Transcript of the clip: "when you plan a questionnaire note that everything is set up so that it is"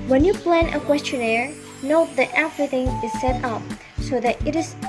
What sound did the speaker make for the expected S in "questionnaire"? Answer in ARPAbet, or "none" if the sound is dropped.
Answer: S